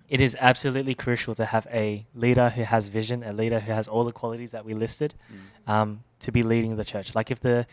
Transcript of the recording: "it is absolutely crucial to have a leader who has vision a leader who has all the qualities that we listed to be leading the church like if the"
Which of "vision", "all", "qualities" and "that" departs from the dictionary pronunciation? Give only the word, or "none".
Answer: none